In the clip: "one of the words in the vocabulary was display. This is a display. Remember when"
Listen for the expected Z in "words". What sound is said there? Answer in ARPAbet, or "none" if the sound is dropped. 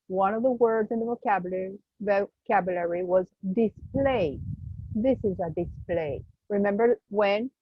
Z